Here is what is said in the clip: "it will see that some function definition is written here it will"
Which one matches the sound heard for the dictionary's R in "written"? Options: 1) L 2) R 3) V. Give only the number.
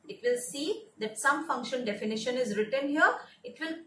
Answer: 2